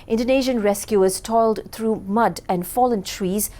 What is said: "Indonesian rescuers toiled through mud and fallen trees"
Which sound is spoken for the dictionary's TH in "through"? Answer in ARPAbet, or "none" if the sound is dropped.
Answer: T